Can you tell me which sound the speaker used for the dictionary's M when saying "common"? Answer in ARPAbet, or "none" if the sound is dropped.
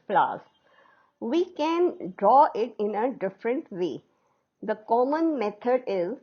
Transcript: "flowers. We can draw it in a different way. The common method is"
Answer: M